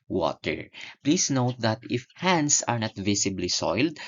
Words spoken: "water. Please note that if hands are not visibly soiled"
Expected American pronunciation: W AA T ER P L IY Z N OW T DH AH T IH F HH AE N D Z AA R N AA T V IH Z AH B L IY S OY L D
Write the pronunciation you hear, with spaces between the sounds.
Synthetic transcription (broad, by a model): W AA T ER P L IY S N OW T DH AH T IH F HH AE N D S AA R N AA T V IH S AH B L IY S OY L D